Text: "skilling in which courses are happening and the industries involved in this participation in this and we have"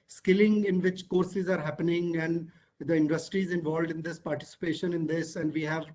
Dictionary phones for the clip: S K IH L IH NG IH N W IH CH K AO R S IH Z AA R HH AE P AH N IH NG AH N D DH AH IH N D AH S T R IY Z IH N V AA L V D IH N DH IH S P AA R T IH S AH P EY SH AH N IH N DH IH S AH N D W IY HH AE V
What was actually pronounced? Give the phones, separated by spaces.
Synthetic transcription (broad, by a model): S K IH L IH NG IH N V IH CH K AO R S IH Z AA R HH AE P AH N IH NG AH N D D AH IH N D AH S T R IY Z IH N V AA L V D IH N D IH S P AA R T IH S AH P EY SH AH N IH N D IH S AH N D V IY HH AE V